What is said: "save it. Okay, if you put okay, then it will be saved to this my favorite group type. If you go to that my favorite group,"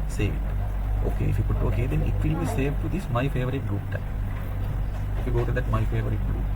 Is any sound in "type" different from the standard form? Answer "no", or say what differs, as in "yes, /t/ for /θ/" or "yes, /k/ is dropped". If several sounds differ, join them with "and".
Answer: yes, /p/ is dropped